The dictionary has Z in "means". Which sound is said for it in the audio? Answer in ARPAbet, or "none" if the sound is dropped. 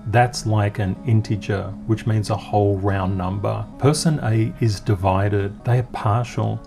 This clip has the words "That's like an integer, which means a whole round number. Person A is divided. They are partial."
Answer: Z